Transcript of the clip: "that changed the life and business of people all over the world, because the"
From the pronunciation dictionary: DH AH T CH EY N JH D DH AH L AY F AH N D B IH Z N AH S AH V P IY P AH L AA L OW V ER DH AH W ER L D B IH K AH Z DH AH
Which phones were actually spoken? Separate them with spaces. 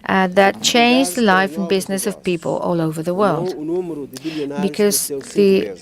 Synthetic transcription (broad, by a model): DH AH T CH EY N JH DH AH L AY F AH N B IH Z N AH S AH V P IY P AH L AA L OW V ER DH AH W ER L D B IH K AH Z DH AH